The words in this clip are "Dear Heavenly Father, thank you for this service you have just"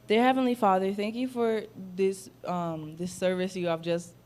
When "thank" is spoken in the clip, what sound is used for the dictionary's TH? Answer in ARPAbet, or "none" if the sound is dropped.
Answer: TH